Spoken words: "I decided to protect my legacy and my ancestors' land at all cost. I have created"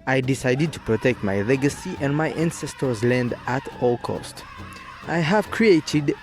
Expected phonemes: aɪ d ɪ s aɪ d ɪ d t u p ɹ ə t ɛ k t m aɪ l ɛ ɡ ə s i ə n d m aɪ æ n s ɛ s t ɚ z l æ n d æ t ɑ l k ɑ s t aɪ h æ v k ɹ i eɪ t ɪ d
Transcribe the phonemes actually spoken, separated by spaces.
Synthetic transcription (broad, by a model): aɪ d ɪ s aɪ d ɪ d t u p ɹ ə t ɛ k t m aɪ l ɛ ɡ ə s i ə n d m aɪ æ n s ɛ s t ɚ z l æ n d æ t ɑ l k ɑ s t aɪ h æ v k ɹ i eɪ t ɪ d